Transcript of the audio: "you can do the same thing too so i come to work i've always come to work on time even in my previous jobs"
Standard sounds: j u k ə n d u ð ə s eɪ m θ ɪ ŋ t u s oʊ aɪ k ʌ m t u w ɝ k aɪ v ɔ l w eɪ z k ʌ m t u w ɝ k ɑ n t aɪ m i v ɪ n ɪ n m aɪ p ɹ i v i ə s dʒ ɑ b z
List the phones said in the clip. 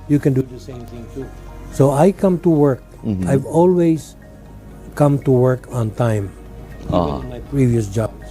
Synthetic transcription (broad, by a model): j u k ə n d u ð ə s eɪ m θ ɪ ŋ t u s oʊ aɪ k ʌ m t u w ɝ k aɪ v ɔ l w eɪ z k ʌ m t u w ɝ k ɑ n t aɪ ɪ ɪ m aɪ p ɹ i v i ə s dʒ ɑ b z